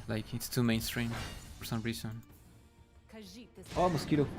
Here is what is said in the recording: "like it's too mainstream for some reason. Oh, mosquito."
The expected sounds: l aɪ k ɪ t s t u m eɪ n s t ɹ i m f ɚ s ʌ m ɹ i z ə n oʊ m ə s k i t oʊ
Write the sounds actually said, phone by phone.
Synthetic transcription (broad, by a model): l aɪ k ɪ t s t u m eɪ n s t ɹ i m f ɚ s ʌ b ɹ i s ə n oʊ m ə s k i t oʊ